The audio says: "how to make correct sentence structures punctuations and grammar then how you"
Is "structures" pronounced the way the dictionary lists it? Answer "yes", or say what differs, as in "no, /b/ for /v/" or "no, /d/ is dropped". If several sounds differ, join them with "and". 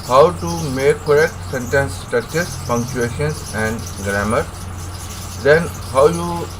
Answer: no, /ɹ/ is dropped